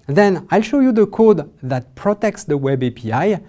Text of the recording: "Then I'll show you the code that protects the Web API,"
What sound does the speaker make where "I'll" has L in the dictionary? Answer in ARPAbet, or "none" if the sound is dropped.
L